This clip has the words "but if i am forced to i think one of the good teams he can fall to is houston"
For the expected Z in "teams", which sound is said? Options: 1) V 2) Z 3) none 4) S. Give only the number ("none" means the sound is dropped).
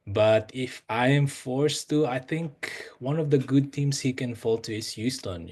4